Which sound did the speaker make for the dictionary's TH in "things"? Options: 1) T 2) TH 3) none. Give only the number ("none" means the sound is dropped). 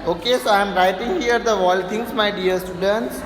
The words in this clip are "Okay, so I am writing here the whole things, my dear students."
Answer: 1